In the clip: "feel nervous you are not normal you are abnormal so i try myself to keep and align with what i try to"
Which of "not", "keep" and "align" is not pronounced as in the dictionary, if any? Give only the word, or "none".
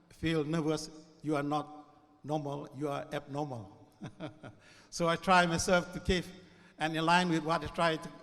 keep